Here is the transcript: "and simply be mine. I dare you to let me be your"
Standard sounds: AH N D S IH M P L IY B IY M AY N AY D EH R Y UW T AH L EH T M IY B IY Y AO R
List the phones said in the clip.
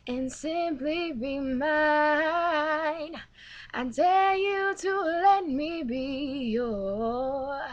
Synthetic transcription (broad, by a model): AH N S IH M P L IY B IY M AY N AY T EH L Y UW T AH L EH T M IY B IY Y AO